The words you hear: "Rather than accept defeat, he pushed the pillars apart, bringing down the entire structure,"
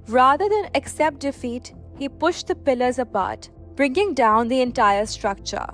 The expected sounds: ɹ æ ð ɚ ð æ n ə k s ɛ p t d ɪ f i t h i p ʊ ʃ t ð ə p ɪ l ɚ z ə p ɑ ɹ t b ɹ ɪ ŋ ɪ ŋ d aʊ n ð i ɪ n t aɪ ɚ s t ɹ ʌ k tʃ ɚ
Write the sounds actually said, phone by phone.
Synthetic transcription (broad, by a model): ɹ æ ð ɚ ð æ n ə k s ɛ p t d ɪ f i t h i p ʊ ʃ t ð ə p ɪ l ɚ z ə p ɑ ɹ t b ɹ ɪ ŋ ɪ ŋ d aʊ n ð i ɪ n t aɪ ɚ s t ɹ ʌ k tʃ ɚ